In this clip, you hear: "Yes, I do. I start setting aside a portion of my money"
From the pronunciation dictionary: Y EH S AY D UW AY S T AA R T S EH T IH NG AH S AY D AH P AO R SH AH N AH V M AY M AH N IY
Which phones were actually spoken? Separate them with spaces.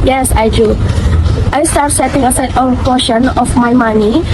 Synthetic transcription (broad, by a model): Y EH S AY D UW AY S T AA R T S EH T IH NG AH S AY AH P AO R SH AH N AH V M AY M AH N IY